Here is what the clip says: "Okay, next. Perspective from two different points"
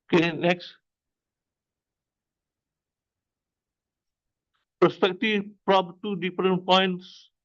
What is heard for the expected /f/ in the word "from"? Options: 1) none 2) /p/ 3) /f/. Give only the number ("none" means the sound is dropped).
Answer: 2